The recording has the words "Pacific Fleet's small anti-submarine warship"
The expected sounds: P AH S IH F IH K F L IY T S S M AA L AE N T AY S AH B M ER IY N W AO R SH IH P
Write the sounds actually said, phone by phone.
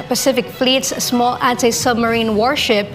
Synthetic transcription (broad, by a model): P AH S IH F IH K F L IY T S S M AA L AE N T AY S AH B M ER IY N W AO R SH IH P